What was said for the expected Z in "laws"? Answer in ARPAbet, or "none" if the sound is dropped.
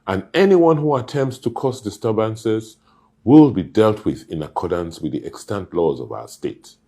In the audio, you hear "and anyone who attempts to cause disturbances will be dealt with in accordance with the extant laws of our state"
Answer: Z